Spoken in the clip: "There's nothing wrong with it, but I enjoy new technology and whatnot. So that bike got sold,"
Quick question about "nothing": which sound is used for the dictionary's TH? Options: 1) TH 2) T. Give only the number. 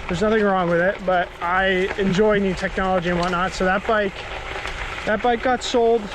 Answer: 1